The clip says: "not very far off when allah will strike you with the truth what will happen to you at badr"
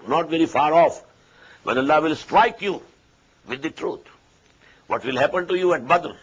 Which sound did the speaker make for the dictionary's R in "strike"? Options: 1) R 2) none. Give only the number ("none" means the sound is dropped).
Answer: 1